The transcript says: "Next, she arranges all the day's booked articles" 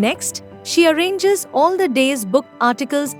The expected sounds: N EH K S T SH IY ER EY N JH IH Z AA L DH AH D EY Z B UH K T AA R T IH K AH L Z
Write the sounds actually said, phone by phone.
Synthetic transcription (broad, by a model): N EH K S T SH IY ER EY N JH IH Z AA L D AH D EY Z B UH K AA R T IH K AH L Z